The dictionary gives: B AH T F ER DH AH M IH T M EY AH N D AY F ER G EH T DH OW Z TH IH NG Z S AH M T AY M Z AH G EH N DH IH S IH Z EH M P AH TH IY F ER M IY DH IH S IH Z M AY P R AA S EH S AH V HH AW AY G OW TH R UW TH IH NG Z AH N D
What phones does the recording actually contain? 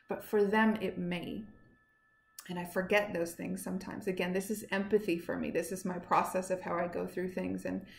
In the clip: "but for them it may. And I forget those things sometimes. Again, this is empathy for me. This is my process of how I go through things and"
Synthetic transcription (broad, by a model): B AH T F ER DH AH M IH T M EY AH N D AY F ER G EH T DH OW Z TH IH NG Z S AH M T AY M Z AH G EH N DH IH S IH Z EH M P AH TH IY F ER M IY DH IH S IH Z M AY P R AA S EH S AH V HH AW AY G OW TH R UW TH IH NG Z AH N